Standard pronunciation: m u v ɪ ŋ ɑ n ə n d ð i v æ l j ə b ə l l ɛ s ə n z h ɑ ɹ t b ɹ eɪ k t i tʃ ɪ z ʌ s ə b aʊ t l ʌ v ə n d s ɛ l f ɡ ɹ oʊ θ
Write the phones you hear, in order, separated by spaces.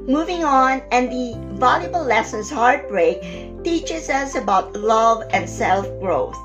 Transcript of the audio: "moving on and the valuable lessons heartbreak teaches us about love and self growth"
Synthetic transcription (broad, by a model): m u v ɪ ŋ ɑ n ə n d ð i v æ l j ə b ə l l ɛ s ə n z h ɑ ɹ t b ɹ eɪ k t i tʃ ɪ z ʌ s ə b aʊ t l ʌ v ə n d s ɛ l f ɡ ɹ oʊ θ